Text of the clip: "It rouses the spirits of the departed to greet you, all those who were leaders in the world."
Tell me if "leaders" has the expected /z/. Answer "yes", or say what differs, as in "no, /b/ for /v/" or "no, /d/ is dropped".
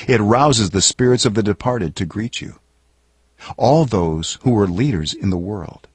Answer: yes